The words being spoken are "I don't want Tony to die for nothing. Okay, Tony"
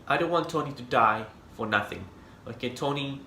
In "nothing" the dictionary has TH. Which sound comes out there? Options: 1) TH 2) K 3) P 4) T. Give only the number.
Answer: 1